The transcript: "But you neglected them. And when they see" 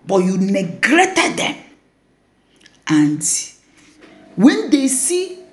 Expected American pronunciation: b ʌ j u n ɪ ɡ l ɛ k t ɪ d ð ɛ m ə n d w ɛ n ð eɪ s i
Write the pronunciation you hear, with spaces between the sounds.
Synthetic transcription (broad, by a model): b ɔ j u n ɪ ɡ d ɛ t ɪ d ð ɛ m ə n d w ɛ n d eɪ s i